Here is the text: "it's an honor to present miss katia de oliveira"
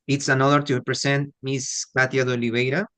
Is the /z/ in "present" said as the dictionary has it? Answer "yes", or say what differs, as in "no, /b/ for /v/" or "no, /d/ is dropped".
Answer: no, /s/ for /z/